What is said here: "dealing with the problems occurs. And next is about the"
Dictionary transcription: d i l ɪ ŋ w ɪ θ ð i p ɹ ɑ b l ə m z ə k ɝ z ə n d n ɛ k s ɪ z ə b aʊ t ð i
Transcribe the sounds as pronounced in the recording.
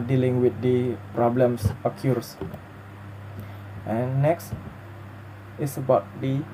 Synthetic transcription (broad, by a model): d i l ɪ ŋ w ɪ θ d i p ɹ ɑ b l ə m s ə k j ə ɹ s n ɛ k s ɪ s ə b aʊ t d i